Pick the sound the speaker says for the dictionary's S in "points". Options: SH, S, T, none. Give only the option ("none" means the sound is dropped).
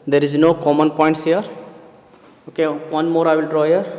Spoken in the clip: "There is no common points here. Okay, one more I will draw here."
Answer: S